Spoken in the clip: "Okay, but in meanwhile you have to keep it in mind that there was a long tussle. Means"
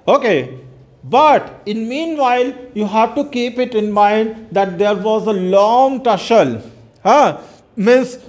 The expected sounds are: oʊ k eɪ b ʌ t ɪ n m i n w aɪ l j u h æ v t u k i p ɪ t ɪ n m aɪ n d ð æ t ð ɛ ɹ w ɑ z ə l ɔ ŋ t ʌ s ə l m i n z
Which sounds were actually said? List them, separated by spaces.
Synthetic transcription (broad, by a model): oʊ k eɪ b ʌ t ɪ n m i n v aɪ l j u h æ v t u k i p ɪ t ɪ n m aɪ n d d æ t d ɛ ɹ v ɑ z ə l ɔ ŋ t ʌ ʃ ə l m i n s